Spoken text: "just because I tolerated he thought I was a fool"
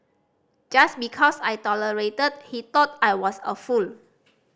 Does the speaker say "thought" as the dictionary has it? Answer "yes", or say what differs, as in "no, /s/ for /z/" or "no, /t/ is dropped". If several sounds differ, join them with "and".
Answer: no, /t/ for /θ/